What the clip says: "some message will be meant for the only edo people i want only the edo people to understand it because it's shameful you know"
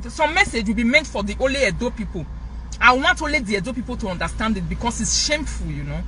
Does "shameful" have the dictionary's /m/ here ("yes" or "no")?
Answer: yes